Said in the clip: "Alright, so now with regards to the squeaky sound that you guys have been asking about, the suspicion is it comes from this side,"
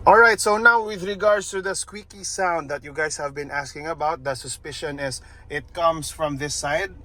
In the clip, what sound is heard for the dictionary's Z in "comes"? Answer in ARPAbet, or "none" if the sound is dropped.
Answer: S